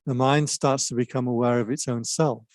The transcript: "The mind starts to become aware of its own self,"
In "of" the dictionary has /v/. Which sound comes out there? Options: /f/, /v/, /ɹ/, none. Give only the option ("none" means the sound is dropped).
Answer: /v/